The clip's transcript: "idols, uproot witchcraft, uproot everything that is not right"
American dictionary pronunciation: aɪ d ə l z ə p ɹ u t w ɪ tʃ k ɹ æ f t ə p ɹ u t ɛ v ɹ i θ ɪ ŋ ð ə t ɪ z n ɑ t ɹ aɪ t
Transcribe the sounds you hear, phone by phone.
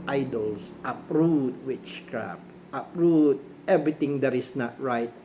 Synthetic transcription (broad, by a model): aɪ d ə l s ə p ɹ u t w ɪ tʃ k ɹ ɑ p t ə p ɹ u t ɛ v ɹ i t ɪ ŋ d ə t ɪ s n ɑ t ɹ aɪ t